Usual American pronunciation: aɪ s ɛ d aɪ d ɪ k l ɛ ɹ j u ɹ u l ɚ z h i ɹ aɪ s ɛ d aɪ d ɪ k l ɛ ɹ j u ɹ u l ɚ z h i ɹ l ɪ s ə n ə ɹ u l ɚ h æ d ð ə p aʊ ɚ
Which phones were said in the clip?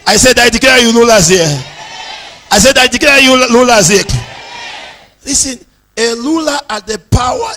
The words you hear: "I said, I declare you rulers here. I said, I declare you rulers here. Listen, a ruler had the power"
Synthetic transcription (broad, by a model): aɪ s ɛ d aɪ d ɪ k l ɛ j u l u l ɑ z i aɪ s ɛ d aɪ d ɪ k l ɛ j u l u l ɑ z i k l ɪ s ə n ə l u l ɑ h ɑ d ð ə p aʊ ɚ